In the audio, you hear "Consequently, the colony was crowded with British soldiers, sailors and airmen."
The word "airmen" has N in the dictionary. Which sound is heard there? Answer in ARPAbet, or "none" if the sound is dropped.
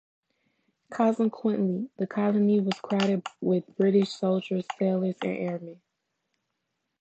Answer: none